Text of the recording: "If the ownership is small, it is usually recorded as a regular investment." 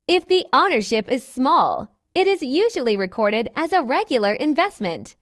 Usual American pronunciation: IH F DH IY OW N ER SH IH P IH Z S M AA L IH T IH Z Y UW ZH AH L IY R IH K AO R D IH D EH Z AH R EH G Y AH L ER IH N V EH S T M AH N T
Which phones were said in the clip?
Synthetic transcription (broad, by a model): IH F DH IY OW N ER SH IH P IH Z S M AA L IH T IH Z Y UW ZH AH L IY R IH K AO R D IH D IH Z AH R EH G Y L ER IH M V EH S T M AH N T